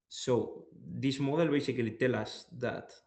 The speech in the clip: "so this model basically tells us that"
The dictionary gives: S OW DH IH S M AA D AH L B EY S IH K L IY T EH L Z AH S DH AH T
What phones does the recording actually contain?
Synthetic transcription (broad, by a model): S OW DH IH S M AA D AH L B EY S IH K L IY T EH L AH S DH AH T